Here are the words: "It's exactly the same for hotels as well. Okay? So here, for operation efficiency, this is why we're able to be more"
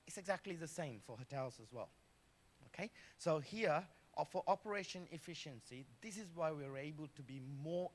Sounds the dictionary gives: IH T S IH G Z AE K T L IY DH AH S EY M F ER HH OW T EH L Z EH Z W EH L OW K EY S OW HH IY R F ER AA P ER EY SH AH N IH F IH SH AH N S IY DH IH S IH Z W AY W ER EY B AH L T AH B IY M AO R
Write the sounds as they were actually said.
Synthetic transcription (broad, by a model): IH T S IH G Z AE K T L IY DH AH S EY M F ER HH OW T EH L Z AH Z W EH L OW K EY S OW HH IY R F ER AA P ER EY SH AH N IH F IH SH AH N S IY DH IH S IH Z W AY W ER EY B AH L T AH B IY M AO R